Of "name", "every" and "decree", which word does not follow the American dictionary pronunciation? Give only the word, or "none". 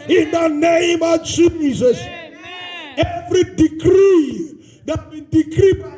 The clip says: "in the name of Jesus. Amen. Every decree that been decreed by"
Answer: none